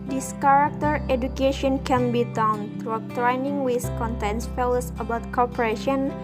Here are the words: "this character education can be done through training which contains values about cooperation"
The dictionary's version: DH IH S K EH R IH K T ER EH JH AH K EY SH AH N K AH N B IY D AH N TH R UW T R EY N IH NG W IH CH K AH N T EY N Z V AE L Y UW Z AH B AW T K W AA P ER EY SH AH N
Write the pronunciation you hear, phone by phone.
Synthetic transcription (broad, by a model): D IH S K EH R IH K T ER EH JH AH K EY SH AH N K AH N B IY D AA N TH R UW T R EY N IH NG W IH S K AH N T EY N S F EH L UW S AH B AW T K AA P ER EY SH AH N